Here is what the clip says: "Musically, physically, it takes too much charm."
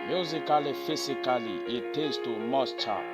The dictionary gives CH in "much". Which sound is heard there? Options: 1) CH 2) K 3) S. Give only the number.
3